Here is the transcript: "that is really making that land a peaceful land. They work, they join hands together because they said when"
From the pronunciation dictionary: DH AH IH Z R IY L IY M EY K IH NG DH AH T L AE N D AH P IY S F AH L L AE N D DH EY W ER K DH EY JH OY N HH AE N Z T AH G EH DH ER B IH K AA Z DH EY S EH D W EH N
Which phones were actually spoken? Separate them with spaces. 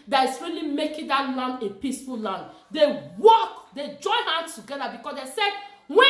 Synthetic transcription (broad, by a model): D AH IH S R IY L IY M EY K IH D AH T L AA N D AH P IY S F AH L L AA N D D EY W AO K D EY JH OY N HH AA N S T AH G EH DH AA B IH K AA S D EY S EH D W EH